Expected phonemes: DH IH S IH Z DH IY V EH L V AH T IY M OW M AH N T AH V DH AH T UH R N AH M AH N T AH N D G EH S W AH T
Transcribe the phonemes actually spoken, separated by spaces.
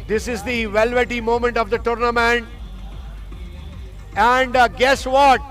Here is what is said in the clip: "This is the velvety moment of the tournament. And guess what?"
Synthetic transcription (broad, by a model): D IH S IH Z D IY V EH L V AH T IY M OW M AH N T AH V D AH T UH R N AH M AH N T AH N D G EH S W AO T